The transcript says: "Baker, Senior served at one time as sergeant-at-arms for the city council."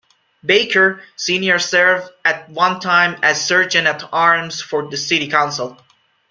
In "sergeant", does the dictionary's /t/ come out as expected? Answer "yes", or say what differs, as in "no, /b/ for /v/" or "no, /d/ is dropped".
no, /t/ is dropped